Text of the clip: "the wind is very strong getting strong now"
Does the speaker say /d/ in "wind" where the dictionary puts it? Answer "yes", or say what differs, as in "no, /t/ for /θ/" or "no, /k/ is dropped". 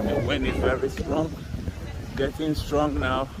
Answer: no, /d/ is dropped